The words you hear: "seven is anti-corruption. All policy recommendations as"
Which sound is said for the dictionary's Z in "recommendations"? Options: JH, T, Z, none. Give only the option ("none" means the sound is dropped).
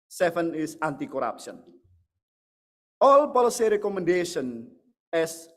none